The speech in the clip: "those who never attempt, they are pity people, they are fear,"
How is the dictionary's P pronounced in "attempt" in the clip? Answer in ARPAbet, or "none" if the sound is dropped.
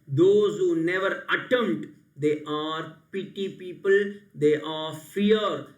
none